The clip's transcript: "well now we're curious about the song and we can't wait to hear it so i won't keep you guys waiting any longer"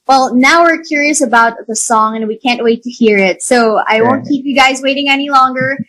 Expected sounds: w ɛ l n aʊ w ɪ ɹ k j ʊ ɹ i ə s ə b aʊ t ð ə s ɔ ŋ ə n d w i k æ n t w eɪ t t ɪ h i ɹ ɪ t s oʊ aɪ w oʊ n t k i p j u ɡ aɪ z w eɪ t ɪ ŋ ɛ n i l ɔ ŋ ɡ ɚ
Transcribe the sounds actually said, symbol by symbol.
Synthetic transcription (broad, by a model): w ɛ l n aʊ w ɪ ɹ k j ʊ ɹ i ə s ə b aʊ t ð ə s ɔ ŋ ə n w i k æ n t w eɪ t t ɪ h i ɹ ɪ t s oʊ aɪ w oʊ n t k i p j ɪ ɡ aɪ z w eɪ t ɪ ŋ ɛ n i l ɔ ŋ ɡ ɚ